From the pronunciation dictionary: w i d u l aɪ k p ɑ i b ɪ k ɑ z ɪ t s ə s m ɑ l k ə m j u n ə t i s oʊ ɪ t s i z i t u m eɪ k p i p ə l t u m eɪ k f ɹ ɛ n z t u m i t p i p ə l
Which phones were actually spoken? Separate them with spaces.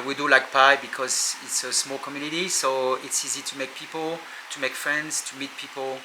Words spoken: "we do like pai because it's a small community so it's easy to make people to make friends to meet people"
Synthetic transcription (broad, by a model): w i d u l aɪ k p ɑ i b ɪ k ɑ z ɪ t s ə s m ɑ l k ə m j u n ə t i s oʊ ɪ t s i z i t u m eɪ k p i p ə l t u m eɪ k f ɹ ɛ n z t u m i t p i p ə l